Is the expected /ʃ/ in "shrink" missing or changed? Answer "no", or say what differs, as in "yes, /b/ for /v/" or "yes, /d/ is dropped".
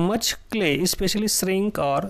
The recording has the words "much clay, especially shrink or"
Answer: yes, /s/ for /ʃ/